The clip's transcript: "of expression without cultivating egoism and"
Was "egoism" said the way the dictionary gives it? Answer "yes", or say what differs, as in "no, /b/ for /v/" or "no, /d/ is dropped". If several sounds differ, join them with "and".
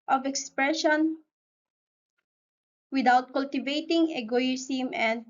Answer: no, /s/ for /z/